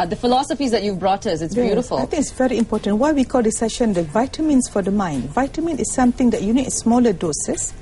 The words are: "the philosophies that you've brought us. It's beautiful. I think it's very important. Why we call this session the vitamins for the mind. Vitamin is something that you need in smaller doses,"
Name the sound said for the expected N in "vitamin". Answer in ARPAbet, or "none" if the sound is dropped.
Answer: N